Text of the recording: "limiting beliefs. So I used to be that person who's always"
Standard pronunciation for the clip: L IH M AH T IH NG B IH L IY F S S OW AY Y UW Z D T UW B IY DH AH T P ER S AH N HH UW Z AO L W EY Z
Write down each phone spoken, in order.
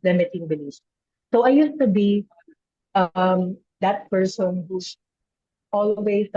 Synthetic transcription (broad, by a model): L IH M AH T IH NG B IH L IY S S OW AY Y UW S T UW B IY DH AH T P ER S AH N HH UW S AO L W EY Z